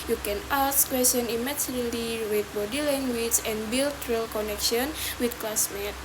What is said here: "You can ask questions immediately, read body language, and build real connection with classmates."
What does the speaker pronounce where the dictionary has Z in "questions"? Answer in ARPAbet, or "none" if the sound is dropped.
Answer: none